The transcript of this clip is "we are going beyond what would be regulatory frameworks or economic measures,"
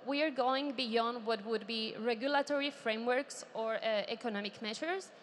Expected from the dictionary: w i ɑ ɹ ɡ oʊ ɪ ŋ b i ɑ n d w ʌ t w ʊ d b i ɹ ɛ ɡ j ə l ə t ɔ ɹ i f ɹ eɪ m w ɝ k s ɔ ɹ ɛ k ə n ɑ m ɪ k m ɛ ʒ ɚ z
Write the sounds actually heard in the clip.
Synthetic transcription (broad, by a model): w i ɑ ɹ ɡ oʊ ɪ ŋ b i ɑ n d w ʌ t w ʊ d b i ɹ ɛ ɡ j ə l ə t ɔ ɹ i f ɹ eɪ m w ɝ k s ɔ ɹ ɛ k ə n ɑ m ɪ k m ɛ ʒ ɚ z